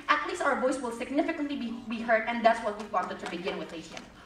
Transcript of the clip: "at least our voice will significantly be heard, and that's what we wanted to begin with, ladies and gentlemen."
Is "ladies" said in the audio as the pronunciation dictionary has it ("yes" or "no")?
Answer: no